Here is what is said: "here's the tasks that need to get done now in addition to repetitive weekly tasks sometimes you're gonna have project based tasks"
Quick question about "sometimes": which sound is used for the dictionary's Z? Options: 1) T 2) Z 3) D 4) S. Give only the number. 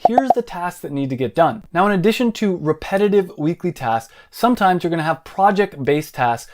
2